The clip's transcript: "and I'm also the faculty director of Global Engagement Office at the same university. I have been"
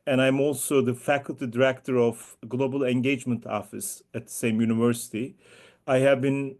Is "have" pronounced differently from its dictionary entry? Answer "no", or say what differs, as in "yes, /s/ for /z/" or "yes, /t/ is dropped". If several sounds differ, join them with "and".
no